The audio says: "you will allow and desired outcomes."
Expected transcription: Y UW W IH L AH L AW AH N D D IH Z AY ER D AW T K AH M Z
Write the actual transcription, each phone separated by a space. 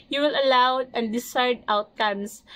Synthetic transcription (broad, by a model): Y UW W IH L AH L AW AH N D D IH S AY D AW T K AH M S